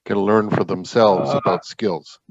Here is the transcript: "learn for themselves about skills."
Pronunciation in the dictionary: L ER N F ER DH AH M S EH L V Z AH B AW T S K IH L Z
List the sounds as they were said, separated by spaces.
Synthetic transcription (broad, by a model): L ER N F ER DH AH M S EH L V Z AH B AW T S K IH L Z